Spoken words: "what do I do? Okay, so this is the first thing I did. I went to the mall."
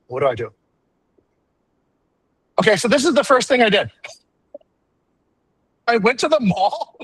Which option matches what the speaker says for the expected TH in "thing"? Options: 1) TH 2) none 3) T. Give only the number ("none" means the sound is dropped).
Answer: 1